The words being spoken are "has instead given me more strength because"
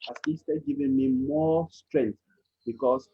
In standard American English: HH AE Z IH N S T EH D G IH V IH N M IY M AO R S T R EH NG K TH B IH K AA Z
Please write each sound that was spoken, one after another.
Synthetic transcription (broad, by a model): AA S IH S T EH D G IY V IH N M IY M AO S T R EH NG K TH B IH K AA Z